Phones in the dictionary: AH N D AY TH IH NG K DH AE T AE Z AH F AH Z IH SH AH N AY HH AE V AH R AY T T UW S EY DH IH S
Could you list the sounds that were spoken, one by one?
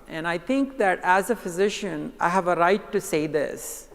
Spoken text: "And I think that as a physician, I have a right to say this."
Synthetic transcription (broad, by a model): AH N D AY T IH NG K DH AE T AE Z AH F AH Z IH SH AH N AY HH AE V AH R AY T T UW S EY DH IH S